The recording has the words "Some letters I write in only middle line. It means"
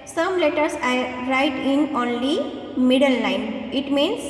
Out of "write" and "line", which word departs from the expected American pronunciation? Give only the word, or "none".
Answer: line